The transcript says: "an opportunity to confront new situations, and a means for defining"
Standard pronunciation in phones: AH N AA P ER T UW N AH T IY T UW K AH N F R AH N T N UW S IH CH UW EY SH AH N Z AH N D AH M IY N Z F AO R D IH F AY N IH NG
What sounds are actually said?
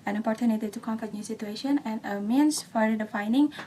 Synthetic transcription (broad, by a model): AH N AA P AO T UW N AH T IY T UW K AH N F AH T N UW S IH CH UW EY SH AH N AH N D AH M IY N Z F AO R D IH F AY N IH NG